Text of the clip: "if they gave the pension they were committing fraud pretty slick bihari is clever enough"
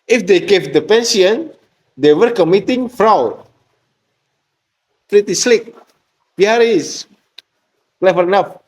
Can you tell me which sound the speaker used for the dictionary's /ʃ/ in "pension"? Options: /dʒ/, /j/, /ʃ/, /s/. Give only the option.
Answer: /s/